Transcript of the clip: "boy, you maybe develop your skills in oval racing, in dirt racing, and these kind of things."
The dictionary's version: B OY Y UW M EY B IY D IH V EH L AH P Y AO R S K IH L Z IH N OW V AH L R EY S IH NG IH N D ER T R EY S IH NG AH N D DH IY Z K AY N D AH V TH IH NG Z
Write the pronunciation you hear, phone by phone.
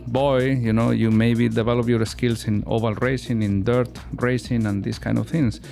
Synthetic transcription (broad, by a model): B OY Y UW M EY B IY D IH V EH L AH P Y AO R S K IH L S IH N OW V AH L R EY S IH NG IH N D ER T R EY S IH NG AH N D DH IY S K AY N D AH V TH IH NG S